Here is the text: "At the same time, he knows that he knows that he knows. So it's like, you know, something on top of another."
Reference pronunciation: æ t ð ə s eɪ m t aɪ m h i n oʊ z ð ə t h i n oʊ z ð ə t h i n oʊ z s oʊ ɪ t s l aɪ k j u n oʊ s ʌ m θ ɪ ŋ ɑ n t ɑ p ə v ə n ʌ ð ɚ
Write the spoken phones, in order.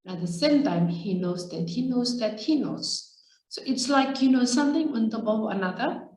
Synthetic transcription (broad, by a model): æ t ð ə s eɪ m t aɪ m h i n oʊ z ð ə t h i n oʊ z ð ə t h i n oʊ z s oʊ ɪ t s l aɪ k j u n oʊ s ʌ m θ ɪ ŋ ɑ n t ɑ b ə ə n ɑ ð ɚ